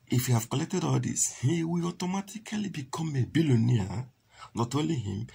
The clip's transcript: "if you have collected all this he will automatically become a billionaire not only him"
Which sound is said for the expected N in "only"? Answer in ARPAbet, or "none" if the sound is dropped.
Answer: none